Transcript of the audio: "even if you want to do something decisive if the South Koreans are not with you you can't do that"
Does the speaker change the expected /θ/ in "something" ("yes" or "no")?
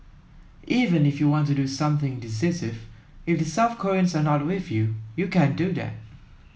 no